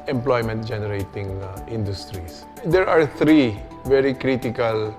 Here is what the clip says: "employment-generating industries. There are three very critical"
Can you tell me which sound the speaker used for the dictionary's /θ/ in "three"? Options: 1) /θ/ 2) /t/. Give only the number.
2